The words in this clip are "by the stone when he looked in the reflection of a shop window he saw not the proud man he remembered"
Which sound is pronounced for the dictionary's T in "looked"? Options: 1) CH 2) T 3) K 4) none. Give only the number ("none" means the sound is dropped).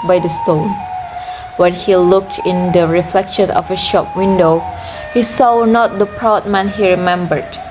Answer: 2